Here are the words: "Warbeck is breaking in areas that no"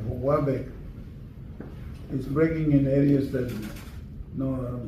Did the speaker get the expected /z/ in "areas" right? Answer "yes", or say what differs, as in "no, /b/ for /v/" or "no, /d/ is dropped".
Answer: no, /s/ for /z/